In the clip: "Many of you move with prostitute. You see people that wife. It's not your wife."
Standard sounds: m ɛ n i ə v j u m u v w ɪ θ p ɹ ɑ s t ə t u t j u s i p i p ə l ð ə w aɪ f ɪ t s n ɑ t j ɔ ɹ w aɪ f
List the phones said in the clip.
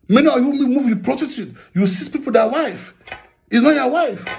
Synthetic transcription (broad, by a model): m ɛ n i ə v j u m u v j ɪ p ɹ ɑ t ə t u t j u s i p i p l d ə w aɪ f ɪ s n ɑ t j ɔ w aɪ f